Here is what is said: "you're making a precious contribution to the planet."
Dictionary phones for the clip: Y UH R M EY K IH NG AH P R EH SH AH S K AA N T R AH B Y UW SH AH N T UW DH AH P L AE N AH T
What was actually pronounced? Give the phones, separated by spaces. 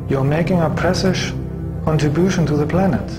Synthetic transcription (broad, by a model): Y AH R M EY K IH NG AH P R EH S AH SH K AA N T R AH B Y UW SH AH N T UW DH AH P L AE N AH T